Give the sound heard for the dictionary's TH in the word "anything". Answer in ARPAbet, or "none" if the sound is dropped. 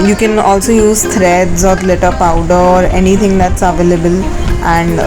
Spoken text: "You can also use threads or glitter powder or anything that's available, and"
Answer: T